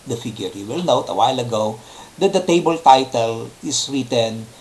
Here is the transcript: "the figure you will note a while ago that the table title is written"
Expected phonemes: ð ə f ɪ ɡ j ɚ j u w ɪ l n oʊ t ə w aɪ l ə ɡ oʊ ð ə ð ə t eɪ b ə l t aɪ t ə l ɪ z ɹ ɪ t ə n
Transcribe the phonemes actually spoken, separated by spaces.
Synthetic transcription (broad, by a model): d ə f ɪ ɡ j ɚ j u w ɪ l n oʊ t ə w aɪ l ə ɡ oʊ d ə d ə t eɪ b ə l t aɪ t ə l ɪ s ɹ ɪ t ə n